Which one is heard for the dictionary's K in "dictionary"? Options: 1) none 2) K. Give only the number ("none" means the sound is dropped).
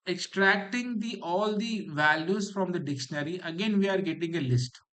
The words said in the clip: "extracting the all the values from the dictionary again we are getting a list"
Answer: 2